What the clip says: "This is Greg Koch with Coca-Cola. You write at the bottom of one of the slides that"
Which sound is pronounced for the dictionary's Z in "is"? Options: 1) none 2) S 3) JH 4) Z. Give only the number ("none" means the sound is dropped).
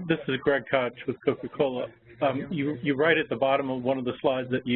4